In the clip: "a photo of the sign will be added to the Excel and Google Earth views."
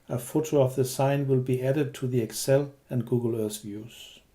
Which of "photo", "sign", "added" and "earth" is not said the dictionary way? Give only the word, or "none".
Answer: earth